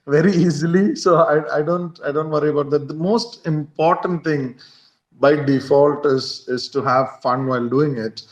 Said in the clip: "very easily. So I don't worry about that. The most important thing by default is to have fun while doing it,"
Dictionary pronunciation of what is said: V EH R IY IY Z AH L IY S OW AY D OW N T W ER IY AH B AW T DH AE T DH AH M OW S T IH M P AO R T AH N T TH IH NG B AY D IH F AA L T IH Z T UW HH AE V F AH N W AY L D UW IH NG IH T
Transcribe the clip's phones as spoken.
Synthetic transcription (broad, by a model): V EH R IY IY Z AH L IY S OW AY D OW N T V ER IY AH B AW T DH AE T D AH M OW S T IH M P AO R T AH N T T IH NG B AY D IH F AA L T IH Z T UW HH AE V F AH N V AY L D UW IH NG IH T